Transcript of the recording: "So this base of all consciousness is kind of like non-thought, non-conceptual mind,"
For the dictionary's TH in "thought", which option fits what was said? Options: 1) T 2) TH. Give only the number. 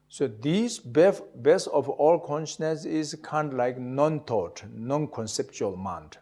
1